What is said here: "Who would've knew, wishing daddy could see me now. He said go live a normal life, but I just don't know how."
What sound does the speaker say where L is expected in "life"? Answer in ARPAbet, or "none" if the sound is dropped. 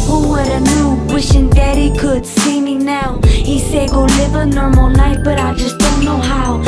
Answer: N